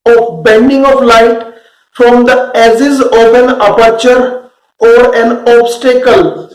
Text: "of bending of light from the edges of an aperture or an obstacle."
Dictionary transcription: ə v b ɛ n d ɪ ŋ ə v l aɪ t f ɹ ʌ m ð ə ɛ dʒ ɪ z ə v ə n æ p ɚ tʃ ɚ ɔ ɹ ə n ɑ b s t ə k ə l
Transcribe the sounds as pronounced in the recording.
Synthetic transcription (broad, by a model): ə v b ɛ n d ɪ ŋ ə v l aɪ t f ɹ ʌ m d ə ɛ z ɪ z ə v ə n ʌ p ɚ tʃ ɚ ɔ ɹ ə n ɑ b s t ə k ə l